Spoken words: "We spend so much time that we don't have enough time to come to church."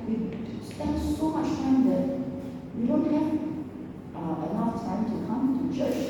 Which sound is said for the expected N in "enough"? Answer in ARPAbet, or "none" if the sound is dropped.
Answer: L